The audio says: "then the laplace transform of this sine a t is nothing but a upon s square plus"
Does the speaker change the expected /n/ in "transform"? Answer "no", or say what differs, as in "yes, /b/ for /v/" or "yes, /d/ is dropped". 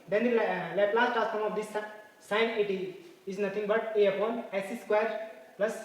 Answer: yes, /n/ is dropped